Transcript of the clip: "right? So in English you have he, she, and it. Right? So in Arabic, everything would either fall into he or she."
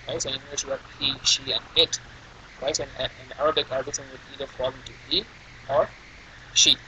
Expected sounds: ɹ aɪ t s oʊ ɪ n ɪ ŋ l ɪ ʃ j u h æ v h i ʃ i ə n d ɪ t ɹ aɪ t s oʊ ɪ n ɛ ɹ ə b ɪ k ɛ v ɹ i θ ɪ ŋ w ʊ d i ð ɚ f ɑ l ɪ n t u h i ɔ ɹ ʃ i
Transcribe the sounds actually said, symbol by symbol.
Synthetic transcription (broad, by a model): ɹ aɪ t s oʊ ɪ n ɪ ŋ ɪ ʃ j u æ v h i ʃ i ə n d ɪ t ɹ aɪ t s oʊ ɪ n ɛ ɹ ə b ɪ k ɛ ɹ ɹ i s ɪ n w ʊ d i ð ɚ f ɑ l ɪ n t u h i ɔ ɹ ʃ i